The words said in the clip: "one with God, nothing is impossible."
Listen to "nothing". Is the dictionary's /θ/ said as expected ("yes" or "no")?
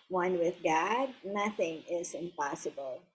yes